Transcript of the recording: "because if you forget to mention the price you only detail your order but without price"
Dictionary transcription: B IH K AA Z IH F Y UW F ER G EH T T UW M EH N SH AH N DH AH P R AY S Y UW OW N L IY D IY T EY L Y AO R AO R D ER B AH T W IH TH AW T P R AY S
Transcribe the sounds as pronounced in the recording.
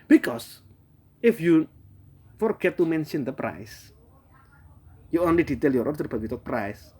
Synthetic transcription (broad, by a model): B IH K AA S IH F Y UW F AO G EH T T UW M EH N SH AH N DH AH P R AY S Y UW OW N L IY D IY T EY L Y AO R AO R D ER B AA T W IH T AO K P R AY S